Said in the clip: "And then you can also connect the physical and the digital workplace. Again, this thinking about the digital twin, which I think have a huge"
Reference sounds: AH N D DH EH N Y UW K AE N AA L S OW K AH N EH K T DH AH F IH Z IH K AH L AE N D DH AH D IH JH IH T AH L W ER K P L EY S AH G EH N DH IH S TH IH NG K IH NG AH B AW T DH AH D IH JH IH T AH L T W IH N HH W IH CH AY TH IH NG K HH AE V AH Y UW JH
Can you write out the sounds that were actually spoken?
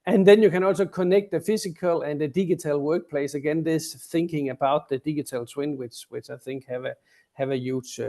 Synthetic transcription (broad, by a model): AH N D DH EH N Y UW K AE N AA L S OW K AH N EH K T DH AH F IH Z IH K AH L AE N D DH AH D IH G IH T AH L W ER K P L EY S AH G EH N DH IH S TH IH NG K IH NG AH B AW T DH AH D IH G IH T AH L S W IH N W W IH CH AY TH IH NG K HH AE V AH Y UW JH